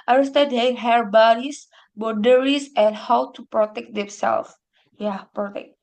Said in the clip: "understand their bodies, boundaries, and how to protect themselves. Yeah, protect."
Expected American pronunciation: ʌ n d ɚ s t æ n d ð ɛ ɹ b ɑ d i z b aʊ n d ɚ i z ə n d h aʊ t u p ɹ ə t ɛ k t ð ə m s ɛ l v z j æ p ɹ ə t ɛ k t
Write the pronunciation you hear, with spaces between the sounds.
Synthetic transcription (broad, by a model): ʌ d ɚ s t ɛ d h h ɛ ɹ b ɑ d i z b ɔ d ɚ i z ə n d h aʊ t u p ɹ ə t ɛ k t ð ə m s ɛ l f j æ p ɹ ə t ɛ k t